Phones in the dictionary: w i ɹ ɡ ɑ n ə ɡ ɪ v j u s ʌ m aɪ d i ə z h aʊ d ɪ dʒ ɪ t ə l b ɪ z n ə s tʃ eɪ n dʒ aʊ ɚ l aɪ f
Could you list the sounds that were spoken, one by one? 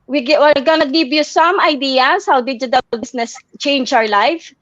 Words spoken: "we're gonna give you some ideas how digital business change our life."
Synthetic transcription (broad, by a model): w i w ɡ ɑ n ə ɡ ɪ v j u s ʌ m aɪ d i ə s h aʊ d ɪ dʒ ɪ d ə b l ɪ s n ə s tʃ eɪ n dʒ aʊ ɚ l aɪ f